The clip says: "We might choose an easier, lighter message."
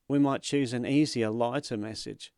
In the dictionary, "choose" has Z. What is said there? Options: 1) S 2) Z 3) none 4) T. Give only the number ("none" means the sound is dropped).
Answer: 2